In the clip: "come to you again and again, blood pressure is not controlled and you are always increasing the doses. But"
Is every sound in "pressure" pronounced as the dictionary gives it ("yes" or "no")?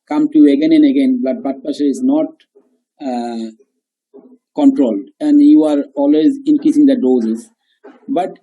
no